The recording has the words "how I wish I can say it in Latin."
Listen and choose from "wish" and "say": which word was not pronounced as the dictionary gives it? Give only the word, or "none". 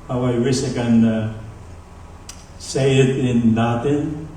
wish